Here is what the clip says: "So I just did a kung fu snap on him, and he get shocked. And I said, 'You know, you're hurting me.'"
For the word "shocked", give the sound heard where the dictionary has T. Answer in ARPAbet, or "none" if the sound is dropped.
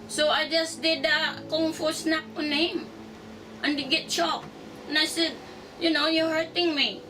none